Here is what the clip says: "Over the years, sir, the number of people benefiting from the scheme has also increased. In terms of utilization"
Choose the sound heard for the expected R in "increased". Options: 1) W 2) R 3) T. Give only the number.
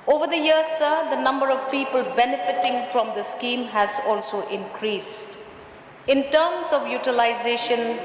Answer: 2